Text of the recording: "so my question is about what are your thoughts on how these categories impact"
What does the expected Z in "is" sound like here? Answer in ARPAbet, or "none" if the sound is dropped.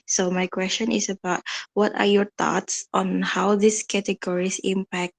S